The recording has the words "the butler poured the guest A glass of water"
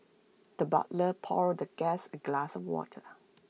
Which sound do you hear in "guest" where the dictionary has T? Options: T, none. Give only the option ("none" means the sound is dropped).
none